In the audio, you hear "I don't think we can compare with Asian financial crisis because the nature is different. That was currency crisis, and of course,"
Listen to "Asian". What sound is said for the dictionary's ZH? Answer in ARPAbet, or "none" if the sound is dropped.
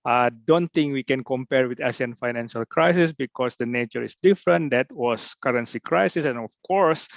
S